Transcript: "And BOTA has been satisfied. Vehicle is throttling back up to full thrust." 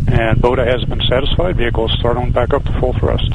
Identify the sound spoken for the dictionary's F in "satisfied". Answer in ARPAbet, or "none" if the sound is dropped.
F